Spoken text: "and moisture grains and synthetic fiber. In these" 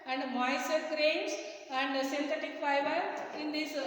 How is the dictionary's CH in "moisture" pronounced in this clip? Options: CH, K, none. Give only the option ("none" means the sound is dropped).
none